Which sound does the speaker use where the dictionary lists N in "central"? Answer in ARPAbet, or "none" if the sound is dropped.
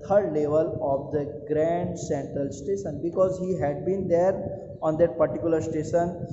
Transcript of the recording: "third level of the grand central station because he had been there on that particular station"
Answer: N